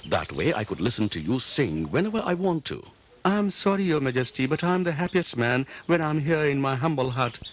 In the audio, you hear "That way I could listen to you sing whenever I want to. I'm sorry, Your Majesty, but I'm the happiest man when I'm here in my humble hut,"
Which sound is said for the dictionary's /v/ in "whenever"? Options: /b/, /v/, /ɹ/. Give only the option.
/v/